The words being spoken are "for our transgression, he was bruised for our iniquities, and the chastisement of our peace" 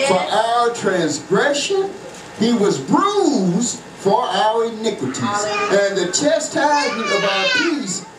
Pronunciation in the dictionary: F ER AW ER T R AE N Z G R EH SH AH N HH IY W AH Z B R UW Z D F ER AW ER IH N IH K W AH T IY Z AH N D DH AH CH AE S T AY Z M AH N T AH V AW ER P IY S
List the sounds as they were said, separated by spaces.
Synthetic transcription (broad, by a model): F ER AW ER T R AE N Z G R EH SH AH N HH IY W AH Z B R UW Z F ER AW ER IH N IH K W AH T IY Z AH N DH AH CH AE S T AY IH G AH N AH V AW ER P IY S